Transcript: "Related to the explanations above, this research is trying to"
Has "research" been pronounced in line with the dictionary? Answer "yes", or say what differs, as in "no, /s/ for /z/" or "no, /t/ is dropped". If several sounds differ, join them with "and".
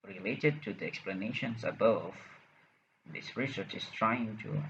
yes